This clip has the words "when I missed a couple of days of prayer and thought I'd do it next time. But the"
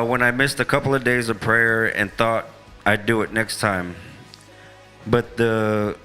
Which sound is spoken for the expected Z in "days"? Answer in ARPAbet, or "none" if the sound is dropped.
Z